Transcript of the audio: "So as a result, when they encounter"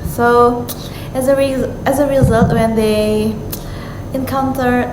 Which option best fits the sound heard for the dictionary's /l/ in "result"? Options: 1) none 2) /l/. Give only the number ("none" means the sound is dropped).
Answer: 2